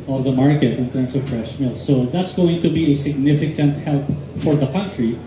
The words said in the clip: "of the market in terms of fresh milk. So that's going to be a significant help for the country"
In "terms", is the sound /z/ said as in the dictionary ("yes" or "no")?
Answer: no